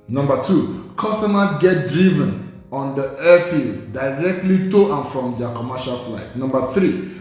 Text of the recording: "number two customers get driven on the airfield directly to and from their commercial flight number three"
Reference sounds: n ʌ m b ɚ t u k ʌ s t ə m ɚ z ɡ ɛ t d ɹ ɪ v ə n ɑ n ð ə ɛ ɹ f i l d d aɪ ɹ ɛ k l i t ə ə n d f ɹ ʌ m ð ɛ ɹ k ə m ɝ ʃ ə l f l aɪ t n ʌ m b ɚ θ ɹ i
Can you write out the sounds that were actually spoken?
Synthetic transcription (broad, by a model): n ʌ m b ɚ t u k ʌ s t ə m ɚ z ɡ ɛ t d ɹ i v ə n ɑ n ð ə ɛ f i l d d aɪ ɹ ɛ k l i t ə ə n f ɹ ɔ m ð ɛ k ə m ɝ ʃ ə l f l aɪ t n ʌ m b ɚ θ ɹ i